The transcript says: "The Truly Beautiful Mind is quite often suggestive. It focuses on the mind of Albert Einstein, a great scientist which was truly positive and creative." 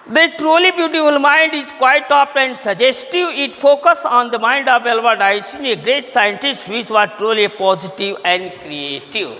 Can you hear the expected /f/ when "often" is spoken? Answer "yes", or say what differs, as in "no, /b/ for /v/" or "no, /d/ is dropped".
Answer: no, /p/ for /f/